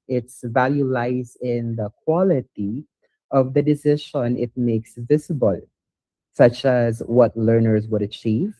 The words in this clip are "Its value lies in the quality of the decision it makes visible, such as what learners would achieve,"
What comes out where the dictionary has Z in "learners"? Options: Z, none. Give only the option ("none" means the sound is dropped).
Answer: Z